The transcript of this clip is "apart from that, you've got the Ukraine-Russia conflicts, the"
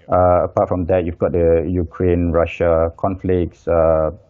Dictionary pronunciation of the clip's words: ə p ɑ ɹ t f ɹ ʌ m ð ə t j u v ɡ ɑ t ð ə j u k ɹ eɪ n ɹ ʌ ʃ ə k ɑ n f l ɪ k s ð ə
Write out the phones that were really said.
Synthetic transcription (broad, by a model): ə p ɑ t f ɹ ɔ m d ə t j u v ɡ ɑ t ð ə j u k ɹ eɪ n ɹ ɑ ʃ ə k ɑ n f l ɪ k s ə